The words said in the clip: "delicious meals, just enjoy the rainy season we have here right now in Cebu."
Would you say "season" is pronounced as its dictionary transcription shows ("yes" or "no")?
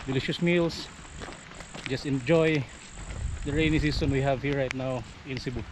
no